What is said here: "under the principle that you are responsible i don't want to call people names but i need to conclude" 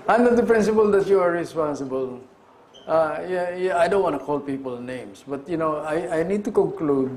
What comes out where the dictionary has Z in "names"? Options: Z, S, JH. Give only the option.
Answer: S